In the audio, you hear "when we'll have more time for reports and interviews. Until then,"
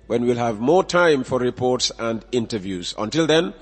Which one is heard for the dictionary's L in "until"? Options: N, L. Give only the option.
L